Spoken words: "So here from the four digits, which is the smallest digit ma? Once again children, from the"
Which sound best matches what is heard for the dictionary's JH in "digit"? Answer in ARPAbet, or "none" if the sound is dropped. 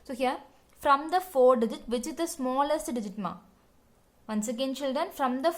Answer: JH